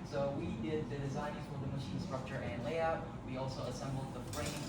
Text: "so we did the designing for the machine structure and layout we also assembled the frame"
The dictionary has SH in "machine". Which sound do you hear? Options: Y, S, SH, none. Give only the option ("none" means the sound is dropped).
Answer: SH